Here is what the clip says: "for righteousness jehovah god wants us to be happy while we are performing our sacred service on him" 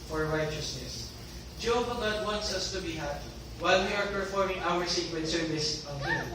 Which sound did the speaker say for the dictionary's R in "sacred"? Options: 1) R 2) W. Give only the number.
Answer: 2